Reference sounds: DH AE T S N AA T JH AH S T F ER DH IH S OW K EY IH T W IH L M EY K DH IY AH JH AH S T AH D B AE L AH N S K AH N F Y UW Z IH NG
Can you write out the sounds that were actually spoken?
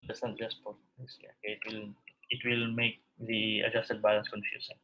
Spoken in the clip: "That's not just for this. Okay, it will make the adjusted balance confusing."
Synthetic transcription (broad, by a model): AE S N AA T JH AH S T P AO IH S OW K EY IH T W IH L M EY K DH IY AH JH AH S T AH D B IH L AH N S K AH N F Y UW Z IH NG